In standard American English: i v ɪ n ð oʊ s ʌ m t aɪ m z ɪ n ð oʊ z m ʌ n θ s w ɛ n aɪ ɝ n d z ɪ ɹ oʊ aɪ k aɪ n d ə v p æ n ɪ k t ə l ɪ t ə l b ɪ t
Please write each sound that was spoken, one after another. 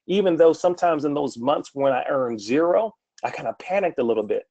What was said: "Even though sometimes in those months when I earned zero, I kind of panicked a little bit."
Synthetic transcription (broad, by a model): i v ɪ n ð oʊ s ʌ m t aɪ m z ɪ n ð oʊ z m ʌ n θ s w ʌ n aɪ ɝ n z ɪ ɹ oʊ aɪ k aɪ n d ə p æ n ɪ k t ə l ɪ t l b ɪ t